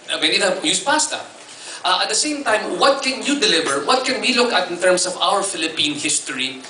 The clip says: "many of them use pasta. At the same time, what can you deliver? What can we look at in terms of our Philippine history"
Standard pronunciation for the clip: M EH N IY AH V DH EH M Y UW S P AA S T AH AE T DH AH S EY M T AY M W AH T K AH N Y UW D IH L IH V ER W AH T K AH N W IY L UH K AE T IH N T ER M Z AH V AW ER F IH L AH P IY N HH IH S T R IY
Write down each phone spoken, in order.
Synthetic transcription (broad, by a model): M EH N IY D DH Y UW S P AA S T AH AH T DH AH S EY M T AY M W AH T K AH N Y UW D IH L IH V ER W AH T K AH N W IY L UH K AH T IH N T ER M S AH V AW ER F IH L AH P IY N HH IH S T R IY